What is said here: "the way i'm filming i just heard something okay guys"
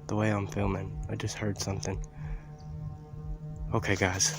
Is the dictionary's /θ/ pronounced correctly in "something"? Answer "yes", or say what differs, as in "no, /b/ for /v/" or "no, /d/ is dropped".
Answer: yes